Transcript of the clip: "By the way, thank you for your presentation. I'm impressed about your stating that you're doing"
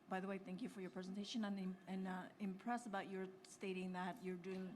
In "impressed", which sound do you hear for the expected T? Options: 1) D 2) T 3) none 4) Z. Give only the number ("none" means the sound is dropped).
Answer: 3